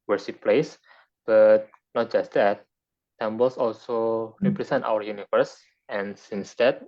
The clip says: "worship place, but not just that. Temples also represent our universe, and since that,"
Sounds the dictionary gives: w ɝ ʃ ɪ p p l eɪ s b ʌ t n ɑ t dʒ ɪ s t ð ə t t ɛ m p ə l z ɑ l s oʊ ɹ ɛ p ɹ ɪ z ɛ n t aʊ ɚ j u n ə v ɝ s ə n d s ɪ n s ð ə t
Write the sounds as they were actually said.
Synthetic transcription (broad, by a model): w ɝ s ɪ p p l eɪ s b ʌ t n ɑ t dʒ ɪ s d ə t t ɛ m b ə l s ɑ l s oʊ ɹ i p ɹ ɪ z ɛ n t aʊ ɚ j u n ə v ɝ s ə n s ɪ n s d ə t